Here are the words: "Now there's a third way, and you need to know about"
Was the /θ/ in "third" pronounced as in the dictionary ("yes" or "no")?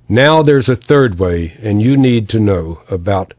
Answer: yes